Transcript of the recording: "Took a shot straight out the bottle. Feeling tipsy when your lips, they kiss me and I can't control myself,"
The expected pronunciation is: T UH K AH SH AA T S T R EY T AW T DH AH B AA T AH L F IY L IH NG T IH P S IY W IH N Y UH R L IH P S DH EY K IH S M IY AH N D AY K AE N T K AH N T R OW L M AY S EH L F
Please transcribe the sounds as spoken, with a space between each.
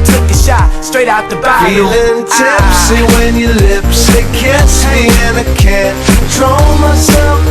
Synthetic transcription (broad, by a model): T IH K AH SH AA T S T R EY T AW T DH AH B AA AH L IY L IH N T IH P S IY W IH N Y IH L IH P S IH K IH S M IY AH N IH K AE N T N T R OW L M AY S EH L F